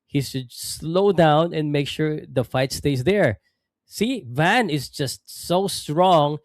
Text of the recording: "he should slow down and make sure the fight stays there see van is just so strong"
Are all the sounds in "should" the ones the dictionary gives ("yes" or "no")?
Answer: no